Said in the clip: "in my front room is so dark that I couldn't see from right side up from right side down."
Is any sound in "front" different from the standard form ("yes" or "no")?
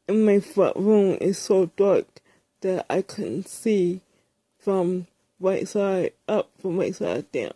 yes